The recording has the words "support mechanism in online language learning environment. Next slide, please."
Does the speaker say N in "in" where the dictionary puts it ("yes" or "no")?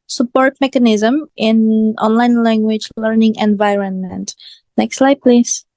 yes